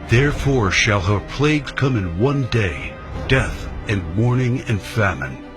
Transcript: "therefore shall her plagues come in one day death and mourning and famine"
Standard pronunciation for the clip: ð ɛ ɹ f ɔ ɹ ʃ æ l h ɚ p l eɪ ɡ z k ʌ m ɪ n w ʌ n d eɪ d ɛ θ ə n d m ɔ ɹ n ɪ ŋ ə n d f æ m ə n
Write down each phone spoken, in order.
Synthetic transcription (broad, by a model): ð ɛ ɹ f ɔ ɹ ʃ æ l h ɚ p l eɪ ɡ z k ʌ m ɪ n w ʌ n d eɪ d ɛ θ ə n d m ɔ ɹ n ɪ ŋ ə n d f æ m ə n